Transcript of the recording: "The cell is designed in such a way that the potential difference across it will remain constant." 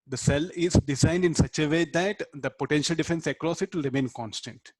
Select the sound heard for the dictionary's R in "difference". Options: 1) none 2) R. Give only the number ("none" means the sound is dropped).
1